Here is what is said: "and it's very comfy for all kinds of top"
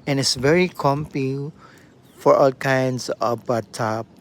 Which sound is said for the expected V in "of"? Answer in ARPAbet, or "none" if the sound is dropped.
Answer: B